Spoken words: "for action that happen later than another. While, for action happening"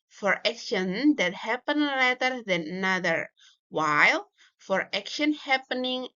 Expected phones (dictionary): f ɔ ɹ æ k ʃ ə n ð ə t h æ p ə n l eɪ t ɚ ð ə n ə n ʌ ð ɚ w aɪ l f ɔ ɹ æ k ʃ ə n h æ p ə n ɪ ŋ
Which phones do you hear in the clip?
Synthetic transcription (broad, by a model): f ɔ ɹ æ k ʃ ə n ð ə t h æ p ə n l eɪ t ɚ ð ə n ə n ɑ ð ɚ w aɪ l f ɔ ɹ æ k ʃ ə n h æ p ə n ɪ ŋ